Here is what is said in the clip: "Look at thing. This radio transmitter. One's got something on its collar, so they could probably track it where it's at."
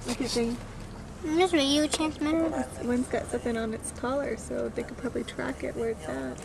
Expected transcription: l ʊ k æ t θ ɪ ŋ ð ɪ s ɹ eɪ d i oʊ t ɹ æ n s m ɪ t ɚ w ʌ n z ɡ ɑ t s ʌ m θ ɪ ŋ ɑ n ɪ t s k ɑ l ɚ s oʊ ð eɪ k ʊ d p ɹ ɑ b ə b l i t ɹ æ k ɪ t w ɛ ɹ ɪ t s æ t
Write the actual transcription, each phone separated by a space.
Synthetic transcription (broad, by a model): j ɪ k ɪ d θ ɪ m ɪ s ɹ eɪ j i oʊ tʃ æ n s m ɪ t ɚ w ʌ n s ɡ ɑ t s ʌ m θ ɪ ŋ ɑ n ɪ t s k ɑ l ɚ s oʊ ð eɪ k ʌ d p ɹ ɑ b ə b l i t ɹ æ k ɪ t w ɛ ɹ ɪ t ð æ t